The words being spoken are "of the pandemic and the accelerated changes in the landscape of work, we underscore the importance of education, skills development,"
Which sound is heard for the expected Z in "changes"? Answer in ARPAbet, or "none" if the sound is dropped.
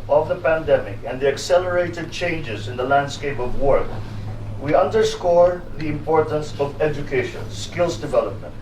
Z